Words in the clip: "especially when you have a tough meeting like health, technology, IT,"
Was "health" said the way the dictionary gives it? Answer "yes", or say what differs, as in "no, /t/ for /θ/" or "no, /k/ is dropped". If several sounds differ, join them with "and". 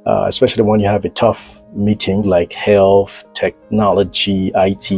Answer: yes